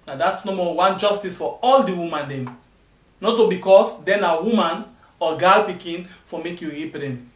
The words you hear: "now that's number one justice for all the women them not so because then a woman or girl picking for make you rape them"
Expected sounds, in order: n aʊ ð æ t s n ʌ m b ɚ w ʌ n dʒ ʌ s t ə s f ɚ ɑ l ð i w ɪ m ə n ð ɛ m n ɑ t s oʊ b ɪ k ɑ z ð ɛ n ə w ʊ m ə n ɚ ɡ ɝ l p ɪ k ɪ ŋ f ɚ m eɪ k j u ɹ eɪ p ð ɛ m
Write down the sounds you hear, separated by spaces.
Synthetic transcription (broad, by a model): n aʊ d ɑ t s n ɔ m ɔ w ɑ n dʒ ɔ s t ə s f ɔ ɑ l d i w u m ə n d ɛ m n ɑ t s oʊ b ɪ k ɑ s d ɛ n ə w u m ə n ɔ ɡ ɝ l p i k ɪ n f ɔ m eɪ k j u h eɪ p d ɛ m